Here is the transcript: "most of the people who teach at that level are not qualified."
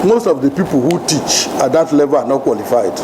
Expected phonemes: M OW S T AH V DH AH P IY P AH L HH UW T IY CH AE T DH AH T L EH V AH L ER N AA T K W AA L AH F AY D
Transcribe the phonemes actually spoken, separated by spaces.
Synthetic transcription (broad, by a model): M OW S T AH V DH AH P IY P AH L HH UW T IY CH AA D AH T L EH V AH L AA N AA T K W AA L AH F AY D